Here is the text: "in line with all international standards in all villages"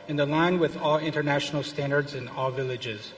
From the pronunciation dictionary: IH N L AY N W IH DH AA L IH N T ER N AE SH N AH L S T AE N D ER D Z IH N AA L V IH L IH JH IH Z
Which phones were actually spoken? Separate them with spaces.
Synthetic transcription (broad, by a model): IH N L AY N W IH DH AA L IH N T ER N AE SH N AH L S T AE N D ER D Z IH N AA L V IH L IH JH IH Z